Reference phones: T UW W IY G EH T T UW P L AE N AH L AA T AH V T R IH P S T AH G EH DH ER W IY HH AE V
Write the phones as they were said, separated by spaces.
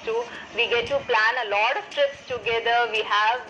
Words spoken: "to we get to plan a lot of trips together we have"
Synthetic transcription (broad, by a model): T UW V IY G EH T T UW P L AE N AH L AA T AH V T R IH P S T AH G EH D ER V IY HH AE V